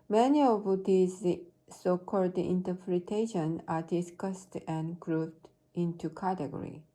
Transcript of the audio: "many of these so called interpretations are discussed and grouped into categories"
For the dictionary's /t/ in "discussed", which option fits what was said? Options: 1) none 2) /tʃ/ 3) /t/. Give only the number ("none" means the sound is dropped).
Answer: 3